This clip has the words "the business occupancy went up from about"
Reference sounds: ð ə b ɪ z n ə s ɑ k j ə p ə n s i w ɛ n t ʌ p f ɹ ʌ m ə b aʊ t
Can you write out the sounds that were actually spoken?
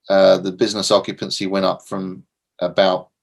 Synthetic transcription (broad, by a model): ð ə b ɪ z n ə s ɑ k j ə p ə n s i w ɛ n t ʌ p f ɹ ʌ m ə b aʊ t